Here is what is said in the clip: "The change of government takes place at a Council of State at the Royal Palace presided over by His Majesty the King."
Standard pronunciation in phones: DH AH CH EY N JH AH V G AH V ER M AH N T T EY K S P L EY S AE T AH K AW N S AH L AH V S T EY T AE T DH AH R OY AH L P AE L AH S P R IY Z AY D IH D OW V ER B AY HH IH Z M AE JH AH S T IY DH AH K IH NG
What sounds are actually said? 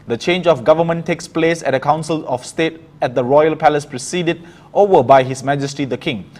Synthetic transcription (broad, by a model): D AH CH EY N JH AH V G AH V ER M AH N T T EY K S P L EY S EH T AH K AW N S AH L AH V S T EY T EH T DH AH R OY AH L P AE L AH S P R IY S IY D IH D OW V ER B AY HH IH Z M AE JH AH S T IY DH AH K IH NG